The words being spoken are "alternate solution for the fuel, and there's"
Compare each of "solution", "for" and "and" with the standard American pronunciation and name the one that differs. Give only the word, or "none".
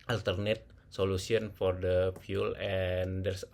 solution